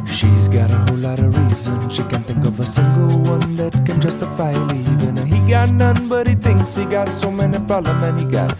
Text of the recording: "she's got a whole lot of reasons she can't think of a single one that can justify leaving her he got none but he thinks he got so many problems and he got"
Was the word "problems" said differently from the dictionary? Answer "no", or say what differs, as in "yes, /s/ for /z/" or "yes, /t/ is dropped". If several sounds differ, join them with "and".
yes, /b/ is dropped and /z/ is dropped